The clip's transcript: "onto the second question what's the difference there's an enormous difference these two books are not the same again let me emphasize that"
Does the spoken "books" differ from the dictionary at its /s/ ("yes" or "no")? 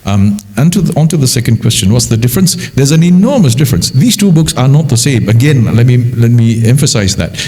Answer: no